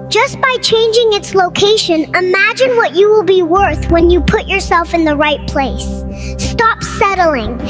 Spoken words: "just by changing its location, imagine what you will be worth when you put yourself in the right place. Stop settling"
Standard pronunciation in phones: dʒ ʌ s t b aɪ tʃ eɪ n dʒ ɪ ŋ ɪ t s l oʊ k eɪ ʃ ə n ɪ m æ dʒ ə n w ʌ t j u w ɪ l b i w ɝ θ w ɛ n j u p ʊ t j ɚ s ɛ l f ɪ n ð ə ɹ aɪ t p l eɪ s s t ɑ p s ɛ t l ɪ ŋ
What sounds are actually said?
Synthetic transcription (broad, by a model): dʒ ʌ s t b aɪ tʃ eɪ n dʒ ɪ ŋ ɪ t s l oʊ k eɪ ʃ ə n ɪ m æ dʒ ə n w ʌ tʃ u w ɪ l b i w ɝ θ w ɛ n j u p ʊ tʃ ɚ s ɛ l f ɪ n ð ə ɹ aɪ t p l eɪ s s t ɑ p s ɛ t l ɪ ŋ